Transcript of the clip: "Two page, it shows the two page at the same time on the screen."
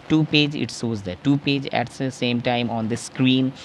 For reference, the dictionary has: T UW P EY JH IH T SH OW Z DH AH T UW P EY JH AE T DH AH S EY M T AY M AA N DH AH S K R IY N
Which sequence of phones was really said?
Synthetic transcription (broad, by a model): T UW P EY JH IH T S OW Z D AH T UW P EY JH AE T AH S EY M T AY M AA N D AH S K R IY N